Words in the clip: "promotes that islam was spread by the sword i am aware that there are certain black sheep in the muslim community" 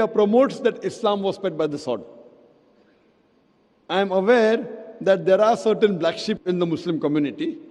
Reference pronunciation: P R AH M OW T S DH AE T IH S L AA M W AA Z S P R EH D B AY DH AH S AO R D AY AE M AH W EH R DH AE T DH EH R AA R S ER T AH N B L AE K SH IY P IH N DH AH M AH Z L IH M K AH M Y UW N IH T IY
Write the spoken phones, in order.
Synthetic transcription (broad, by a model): P R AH M OW T S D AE T IH S L AA M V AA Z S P EH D B AY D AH S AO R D AY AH M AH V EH R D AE T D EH R AA R S ER T AH N B L AE K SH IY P IH N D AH M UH S L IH M K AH M Y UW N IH T IY